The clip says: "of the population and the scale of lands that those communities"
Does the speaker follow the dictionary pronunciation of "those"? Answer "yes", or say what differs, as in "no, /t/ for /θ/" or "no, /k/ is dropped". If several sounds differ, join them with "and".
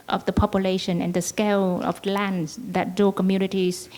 no, /z/ is dropped